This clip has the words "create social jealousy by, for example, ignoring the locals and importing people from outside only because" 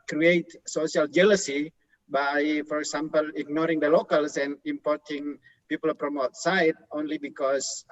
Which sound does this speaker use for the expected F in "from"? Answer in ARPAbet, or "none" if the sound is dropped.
P